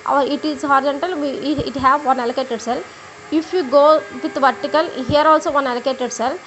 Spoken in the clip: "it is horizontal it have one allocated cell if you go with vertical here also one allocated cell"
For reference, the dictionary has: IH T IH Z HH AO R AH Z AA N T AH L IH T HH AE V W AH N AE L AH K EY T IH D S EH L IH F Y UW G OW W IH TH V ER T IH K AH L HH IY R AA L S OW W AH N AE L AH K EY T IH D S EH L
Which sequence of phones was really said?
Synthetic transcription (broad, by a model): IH T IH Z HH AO R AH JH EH N T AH L IH T HH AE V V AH N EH L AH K EY T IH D S EH L IH F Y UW G OW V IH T V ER T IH K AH L HH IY R AA L S OW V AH N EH L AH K EY T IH D S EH L